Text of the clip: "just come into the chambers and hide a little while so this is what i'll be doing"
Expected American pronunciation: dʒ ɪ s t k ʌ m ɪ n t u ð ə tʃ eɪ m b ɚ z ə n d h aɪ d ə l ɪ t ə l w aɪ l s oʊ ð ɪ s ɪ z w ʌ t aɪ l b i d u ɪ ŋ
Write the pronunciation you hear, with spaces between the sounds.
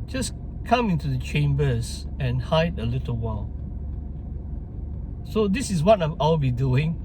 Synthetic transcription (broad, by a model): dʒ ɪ s k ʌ m ɪ n t u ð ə tʃ eɪ m b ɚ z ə n h aɪ d ə l ɪ t ə l w aɪ l s oʊ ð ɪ s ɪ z w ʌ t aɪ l b i d u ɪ ŋ